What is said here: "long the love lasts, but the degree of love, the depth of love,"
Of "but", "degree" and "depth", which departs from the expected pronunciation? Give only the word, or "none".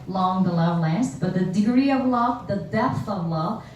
none